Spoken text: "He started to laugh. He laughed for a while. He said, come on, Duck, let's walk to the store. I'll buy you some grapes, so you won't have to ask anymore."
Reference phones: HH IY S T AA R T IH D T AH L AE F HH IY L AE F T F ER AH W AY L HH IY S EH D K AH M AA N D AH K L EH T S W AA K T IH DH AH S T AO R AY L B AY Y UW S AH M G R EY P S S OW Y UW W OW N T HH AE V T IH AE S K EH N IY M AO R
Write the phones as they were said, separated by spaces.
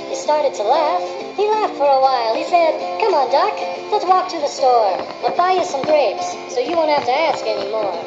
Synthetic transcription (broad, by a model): HH IY S T AA R T IH D T AH L AE F HH IY L AE F T F ER AH W AY L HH IY S EH D K AH M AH N D AH K L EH T S W AA K T IH DH AH S T AO R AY B AY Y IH S AH M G R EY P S S OW Y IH W OW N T HH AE F T IH AE S K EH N IY M AO R